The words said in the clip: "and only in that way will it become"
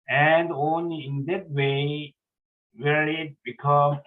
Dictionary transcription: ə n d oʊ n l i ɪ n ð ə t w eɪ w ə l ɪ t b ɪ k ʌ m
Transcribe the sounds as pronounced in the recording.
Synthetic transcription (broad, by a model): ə n d oʊ n l i ɪ n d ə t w eɪ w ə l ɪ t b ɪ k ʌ